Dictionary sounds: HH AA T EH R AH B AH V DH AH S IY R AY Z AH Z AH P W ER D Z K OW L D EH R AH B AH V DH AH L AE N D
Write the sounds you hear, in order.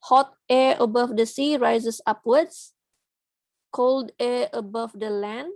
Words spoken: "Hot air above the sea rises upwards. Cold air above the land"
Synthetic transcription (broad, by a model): HH AA T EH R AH B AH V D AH S IY R AY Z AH S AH P W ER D S K OW L D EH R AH B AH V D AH L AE N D